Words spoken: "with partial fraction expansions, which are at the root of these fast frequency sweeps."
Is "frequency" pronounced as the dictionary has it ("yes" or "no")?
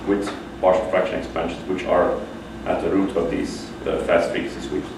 no